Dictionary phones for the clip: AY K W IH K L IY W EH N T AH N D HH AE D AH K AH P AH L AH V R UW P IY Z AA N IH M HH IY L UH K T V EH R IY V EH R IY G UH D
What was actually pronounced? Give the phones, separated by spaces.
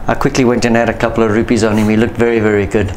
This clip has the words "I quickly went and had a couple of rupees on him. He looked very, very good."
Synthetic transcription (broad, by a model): AY K W IH K L IY W EH N T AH N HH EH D AH K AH P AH L AH V R UW P IY Z AA N IH M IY L UH K T V EH R IY V EH R IY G UH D